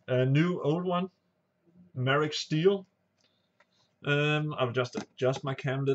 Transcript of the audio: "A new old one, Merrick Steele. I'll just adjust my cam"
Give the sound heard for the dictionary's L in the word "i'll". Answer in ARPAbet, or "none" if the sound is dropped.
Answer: W